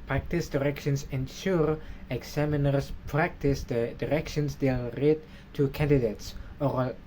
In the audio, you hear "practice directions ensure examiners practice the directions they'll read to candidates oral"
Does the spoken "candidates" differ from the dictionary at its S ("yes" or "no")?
no